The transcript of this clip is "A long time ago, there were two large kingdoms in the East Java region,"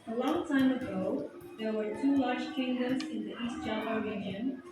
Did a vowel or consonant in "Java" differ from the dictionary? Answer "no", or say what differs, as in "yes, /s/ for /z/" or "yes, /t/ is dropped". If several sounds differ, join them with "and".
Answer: yes, /v/ is dropped